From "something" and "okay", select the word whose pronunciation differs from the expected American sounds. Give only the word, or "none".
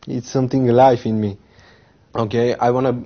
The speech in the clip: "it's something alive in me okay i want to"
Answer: something